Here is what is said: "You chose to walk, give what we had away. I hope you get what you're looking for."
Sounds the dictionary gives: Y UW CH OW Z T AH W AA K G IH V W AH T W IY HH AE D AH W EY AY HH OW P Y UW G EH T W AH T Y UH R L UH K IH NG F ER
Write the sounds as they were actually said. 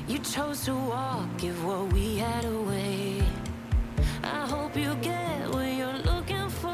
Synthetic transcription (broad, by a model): Y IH CH OW Z T AH W AA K G IH V W AH T W IY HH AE D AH W EY AY HH OW P Y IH G EH T W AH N Y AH R L UH K IH NG F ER